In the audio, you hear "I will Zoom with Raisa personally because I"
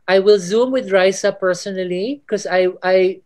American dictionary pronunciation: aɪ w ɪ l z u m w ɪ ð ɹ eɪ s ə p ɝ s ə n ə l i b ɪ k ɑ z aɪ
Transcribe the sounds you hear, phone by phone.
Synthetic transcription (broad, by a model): aɪ w ɪ l z u m w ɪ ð ɹ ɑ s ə p ɝ s ə n ə l i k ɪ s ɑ aɪ